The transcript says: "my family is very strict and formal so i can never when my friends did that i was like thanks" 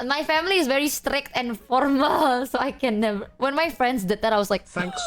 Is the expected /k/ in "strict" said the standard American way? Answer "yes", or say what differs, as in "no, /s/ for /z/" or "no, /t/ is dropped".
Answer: yes